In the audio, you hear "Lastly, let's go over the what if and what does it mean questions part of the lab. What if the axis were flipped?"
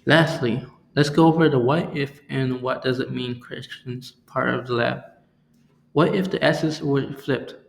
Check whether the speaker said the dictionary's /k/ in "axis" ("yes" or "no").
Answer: no